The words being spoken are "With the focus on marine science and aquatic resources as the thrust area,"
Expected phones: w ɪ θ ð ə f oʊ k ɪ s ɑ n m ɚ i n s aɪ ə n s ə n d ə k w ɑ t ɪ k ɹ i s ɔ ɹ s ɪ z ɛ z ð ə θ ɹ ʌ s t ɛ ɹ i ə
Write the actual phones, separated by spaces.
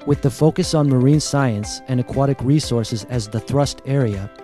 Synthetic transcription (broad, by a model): w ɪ ð ə f oʊ k ɪ s n m ɚ i n s aɪ ə n s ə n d ə k w ɑ t ɪ k ɹ i s ɔ ɹ s ɪ z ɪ z ð ə θ ɹ ʌ s t ɛ ɹ i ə